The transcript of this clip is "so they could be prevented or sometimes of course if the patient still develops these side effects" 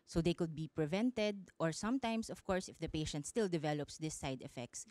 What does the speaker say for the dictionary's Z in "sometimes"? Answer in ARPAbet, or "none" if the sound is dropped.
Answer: S